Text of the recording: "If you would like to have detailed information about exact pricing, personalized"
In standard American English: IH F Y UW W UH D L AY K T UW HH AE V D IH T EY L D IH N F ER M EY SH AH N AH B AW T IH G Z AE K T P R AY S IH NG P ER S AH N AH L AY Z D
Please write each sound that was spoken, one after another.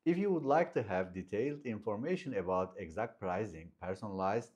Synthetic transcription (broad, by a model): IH F Y UW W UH D L AY K T UW HH AE V D IH T EY L D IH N F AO M EY SH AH N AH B AW T IH G Z AE K T P R AY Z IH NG P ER S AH N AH L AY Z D